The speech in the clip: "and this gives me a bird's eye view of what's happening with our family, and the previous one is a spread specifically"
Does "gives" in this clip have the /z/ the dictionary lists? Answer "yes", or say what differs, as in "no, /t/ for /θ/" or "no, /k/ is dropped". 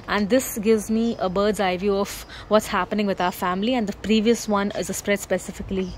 yes